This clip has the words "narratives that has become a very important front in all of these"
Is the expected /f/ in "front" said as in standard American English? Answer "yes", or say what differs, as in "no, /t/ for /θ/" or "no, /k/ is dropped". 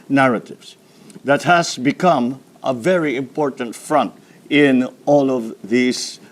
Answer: yes